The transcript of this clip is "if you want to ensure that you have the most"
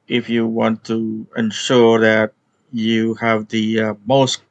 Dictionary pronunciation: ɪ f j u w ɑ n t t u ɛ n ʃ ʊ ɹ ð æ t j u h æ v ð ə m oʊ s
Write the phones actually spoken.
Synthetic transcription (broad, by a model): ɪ f j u w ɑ n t t u ɛ n ʃ ʊ ɹ ð æ t j u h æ v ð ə m oʊ s